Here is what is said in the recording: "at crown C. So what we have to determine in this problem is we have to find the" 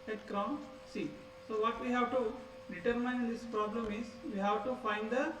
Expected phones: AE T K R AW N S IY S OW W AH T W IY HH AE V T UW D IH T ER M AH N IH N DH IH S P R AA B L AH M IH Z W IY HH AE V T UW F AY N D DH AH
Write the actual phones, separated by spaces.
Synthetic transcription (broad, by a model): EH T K R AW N S IY S OW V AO T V IY HH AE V T UW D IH T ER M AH IH N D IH S P R AA B L AH M IH Z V IY HH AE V T UW F AY N D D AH